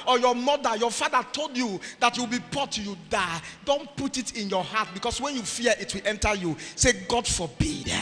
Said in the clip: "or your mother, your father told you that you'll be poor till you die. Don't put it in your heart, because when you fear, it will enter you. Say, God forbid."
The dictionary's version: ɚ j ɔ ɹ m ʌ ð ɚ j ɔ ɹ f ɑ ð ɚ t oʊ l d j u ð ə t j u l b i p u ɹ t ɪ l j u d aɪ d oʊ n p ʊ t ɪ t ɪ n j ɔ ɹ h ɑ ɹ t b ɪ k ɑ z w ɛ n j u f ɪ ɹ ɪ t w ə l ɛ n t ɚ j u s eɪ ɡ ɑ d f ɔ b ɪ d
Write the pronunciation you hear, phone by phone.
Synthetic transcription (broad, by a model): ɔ j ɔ m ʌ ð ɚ j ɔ f ɑ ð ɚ t oʊ l d j u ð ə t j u w b i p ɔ t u j u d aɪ d oʊ n p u t ɪ t ɪ n j ɔ h ɑ t b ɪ k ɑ s w ɛ n j u f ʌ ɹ ɪ t w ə l ɛ n t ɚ j u s eɪ ɡ ɑ d f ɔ b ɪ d